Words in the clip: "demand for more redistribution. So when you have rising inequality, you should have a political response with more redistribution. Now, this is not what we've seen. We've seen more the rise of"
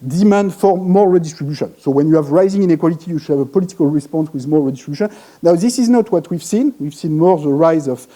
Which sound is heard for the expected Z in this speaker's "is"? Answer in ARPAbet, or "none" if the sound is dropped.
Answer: Z